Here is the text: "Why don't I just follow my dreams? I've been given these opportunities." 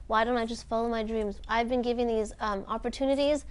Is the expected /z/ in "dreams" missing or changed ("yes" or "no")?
no